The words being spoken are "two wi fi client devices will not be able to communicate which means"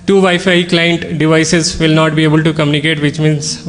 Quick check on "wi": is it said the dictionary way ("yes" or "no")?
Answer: no